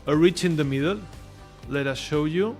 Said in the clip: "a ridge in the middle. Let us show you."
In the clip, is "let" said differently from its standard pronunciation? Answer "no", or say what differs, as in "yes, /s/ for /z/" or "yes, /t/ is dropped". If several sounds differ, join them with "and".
no